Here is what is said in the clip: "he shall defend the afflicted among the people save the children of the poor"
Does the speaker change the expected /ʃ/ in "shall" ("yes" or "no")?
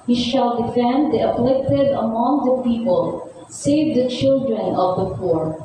no